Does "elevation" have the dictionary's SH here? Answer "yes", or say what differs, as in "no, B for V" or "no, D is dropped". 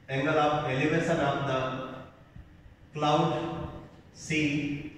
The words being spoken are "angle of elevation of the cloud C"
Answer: no, S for SH